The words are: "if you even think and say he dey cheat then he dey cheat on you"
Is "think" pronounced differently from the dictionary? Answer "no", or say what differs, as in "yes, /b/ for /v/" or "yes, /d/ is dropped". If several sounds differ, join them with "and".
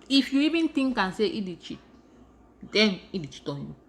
yes, /t/ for /θ/